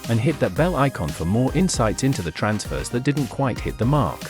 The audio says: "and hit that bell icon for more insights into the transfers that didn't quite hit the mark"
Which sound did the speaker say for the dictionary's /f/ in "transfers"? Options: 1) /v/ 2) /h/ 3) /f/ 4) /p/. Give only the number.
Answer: 3